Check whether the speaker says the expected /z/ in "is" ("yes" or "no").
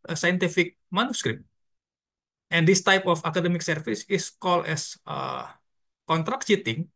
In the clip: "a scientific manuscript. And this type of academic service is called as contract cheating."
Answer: no